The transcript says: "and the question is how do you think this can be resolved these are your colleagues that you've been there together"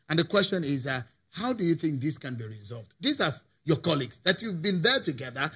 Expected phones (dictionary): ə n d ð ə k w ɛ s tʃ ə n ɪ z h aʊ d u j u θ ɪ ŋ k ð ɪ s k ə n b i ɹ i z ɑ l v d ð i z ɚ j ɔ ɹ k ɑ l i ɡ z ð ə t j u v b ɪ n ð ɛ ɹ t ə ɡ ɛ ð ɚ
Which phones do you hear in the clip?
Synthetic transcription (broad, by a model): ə n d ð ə k w ɛ s tʃ ə n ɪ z h aʊ d u j u θ ɪ ŋ k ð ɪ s k ə n b i ɹ i z ɑ l v d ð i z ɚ j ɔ k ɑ l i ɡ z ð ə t j u v b ɪ n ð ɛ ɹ t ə ɡ ɛ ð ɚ